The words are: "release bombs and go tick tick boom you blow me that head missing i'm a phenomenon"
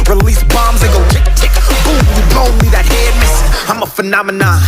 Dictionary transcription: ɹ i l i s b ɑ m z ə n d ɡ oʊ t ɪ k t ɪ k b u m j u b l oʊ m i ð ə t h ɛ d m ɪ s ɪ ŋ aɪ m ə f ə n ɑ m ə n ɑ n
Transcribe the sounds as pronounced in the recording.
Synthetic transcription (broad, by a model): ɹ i l i s b ɑ m z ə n ɡ oʊ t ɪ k t ɪ k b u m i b oʊ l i ð ə t h ɛ d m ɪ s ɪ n aɪ m ə f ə n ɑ m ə n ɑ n